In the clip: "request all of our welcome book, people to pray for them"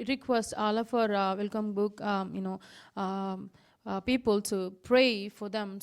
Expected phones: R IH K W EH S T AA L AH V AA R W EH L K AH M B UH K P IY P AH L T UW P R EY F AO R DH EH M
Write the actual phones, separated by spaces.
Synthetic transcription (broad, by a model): R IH K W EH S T AA L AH F AA R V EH L K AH M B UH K P IY P AH L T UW P R EY F AO R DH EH M